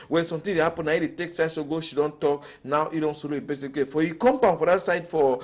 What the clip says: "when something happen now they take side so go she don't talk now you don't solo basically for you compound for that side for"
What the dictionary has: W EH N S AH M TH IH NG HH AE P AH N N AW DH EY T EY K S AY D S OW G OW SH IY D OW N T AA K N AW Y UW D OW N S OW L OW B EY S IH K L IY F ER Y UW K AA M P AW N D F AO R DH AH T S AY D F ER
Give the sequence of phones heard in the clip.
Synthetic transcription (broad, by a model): W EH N S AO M T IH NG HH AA P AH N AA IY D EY T EY K S AY D S OW G OW SH IY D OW N T AA K N AW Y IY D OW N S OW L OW B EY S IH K IY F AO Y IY K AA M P AW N F AO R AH T S AY D F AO